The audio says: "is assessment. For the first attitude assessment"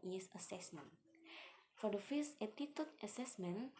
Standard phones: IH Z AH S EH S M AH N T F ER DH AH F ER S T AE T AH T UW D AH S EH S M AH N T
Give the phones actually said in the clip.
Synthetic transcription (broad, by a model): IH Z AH S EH S M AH N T F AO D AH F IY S EH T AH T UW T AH S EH S M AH N